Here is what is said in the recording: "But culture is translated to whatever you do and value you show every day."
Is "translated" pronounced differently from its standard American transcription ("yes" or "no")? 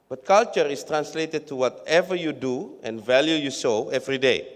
no